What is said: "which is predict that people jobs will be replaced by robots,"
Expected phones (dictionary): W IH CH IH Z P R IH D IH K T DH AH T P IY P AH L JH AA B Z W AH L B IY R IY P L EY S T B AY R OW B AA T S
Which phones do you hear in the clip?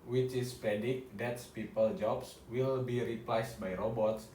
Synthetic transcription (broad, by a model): W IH CH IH S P IH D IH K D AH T P IY P AH L JH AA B S W AH L B IY R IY P L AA S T B AY R OW B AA T S